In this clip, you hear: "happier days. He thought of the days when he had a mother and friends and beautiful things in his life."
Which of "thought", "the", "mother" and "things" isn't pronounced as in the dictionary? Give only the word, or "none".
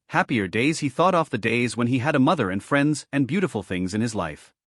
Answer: none